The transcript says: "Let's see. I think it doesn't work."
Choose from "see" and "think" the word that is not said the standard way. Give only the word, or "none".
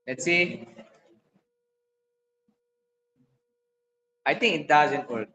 think